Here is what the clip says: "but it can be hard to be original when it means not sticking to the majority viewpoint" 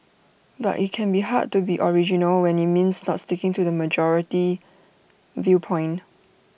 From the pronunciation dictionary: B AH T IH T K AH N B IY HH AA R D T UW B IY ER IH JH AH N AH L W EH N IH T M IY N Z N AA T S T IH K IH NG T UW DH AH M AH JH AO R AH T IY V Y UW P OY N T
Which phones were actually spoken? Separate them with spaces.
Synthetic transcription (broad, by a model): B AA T IH T K AH N B IY HH AA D T UW B IY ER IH JH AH N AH L W EH N IH T M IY N S N AA T S T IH K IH NG T UW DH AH M AH JH AO R AH T IY V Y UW P OY N